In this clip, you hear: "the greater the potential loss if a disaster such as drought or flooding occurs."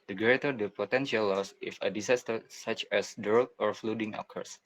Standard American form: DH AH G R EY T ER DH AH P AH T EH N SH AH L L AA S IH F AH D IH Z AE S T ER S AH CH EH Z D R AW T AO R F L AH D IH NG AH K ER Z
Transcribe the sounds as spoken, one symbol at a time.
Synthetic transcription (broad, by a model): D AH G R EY T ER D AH P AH T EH N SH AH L L AA S IH F AH D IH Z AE S T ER S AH CH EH S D AW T AO R F L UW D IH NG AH K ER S